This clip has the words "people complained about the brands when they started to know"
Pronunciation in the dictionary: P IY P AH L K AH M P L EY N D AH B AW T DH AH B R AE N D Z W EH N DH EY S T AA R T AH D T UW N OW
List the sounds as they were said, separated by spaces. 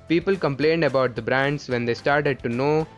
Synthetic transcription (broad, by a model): P IY P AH L K AH M P L EY N D AH B AW T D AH B R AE N D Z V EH N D EY S T AA R T AH D T UW N OW